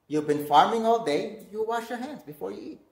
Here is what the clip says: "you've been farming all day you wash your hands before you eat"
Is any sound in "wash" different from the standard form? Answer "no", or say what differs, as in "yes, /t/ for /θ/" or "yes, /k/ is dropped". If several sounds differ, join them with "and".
no